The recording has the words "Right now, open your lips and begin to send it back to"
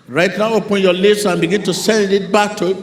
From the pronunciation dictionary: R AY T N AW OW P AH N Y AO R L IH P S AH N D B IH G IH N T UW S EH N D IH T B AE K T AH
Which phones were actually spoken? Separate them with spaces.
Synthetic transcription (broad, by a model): R AY T N AW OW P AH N Y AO L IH S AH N B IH G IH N T UW S EH N D IH T B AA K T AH